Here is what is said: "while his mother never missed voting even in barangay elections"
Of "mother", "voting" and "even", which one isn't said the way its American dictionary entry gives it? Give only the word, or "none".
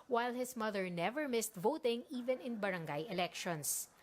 none